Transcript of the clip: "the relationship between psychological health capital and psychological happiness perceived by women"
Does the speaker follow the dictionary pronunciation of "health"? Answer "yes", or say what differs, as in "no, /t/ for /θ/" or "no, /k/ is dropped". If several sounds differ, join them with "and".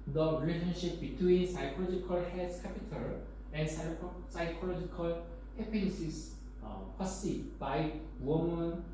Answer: no, /s/ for /θ/